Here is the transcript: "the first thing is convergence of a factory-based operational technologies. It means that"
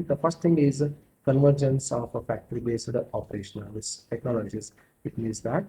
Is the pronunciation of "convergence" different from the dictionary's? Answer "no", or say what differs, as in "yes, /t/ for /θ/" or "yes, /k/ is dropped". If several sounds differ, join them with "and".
no